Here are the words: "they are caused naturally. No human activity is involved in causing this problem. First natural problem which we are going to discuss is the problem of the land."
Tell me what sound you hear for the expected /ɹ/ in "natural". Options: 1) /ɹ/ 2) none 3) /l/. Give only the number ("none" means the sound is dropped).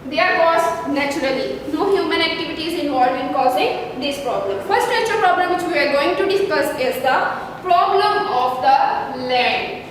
2